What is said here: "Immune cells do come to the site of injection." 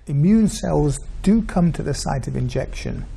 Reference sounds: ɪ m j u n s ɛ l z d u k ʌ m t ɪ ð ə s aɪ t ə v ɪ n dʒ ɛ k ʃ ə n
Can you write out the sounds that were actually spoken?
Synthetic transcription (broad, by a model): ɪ m j u n s ɛ l z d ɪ k ʌ m t ɪ ð ə s aɪ t ə v ɪ n dʒ ɛ k ʃ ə n